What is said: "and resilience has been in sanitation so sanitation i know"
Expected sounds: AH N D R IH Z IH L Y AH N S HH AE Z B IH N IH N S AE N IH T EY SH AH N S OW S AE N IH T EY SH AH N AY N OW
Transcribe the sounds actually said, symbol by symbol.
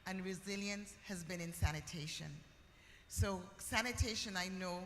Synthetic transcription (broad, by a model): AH N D R IH Z IH L Y AH N S HH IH Z B IH N IH N S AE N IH T EY SH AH N S OW S AE N IH T EY SH AH N AY N OW